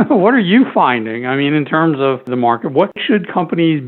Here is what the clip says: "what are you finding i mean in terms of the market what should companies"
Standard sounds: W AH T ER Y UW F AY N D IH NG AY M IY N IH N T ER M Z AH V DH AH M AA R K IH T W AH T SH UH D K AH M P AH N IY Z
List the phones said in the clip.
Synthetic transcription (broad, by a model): W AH T ER Y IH F AY N D IH NG AY M IY N IH N T ER M Z AH V DH AH M AA R K IH T W AH T SH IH D K AH M P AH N IY Z